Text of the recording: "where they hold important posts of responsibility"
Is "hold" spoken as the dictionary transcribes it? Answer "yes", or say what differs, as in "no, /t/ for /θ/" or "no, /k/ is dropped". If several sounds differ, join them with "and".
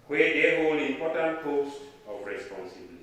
no, /d/ is dropped